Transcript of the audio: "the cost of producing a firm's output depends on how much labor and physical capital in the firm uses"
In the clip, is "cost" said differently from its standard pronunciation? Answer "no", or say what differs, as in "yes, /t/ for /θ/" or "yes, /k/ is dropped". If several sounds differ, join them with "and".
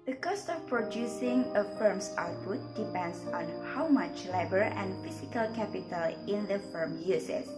no